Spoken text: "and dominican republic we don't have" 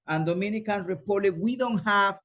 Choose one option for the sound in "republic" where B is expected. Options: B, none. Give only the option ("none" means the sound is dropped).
none